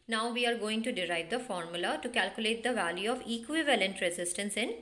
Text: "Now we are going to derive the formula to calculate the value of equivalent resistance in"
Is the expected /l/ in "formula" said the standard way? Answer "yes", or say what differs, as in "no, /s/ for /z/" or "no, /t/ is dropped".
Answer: yes